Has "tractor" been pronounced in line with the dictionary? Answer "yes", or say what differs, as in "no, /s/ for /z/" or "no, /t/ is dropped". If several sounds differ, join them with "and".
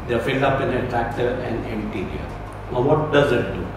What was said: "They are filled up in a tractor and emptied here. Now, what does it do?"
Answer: yes